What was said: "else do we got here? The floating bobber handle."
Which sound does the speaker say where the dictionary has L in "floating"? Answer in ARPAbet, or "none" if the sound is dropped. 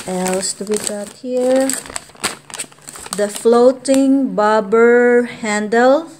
L